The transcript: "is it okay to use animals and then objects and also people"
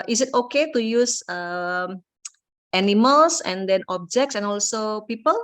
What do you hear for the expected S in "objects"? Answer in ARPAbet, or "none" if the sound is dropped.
S